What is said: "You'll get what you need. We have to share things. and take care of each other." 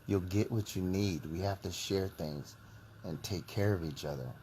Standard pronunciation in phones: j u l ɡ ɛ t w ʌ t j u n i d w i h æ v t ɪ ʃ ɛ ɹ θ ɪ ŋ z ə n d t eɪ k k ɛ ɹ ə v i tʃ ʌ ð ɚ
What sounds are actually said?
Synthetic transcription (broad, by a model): j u l ɡ ɛ t w ʌ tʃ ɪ n i d w i h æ f t ɪ ʃ ɛ ɹ θ ɪ ŋ z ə n t eɪ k k ɛ ɹ ə v i tʃ ʌ ð ɚ